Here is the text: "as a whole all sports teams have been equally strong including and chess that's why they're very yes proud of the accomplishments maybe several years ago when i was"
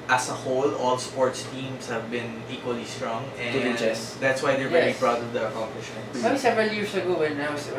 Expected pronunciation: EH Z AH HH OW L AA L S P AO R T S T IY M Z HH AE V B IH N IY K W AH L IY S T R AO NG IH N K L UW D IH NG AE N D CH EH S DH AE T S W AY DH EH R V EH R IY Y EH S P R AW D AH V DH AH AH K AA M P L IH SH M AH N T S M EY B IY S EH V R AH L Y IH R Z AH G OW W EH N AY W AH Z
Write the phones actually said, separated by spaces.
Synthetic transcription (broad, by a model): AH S AH HH OW L AA L S P AO R T S T IY M S HH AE V B IH N IY K W AH L IY S T R AO NG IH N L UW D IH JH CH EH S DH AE T S W AY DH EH R V EH R IY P R AW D AH V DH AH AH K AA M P L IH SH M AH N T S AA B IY S EH V R AH L Y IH R S AH G OW W EH N AY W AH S